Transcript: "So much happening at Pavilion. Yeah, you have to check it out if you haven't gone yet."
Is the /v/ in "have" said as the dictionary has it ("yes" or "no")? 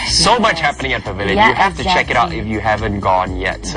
no